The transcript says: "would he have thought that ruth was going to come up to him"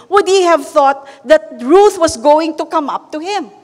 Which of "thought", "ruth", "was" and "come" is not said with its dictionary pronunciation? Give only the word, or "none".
was